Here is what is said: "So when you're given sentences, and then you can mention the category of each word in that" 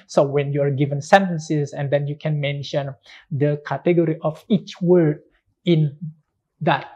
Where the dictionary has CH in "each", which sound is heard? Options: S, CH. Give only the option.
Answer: CH